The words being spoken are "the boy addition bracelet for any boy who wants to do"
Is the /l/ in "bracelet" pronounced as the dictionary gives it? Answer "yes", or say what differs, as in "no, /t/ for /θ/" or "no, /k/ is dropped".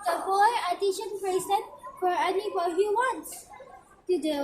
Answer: no, /l/ is dropped